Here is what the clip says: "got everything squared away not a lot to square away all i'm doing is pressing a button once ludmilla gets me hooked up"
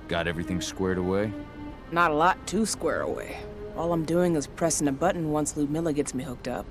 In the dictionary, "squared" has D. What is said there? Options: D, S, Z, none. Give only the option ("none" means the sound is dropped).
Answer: D